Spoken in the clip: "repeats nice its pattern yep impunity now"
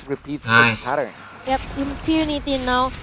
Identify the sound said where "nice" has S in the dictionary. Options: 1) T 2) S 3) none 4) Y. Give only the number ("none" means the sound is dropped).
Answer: 3